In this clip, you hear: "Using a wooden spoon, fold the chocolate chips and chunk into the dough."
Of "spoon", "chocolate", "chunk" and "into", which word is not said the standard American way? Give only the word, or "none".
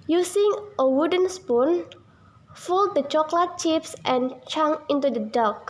chunk